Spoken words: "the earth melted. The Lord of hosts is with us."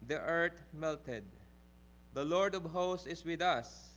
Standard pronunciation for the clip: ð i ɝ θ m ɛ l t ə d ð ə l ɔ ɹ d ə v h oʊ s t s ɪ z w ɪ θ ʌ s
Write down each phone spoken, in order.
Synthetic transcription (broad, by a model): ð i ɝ t m ɛ l t ə d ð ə l ɔ ɹ d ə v h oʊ s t ɪ s w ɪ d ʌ s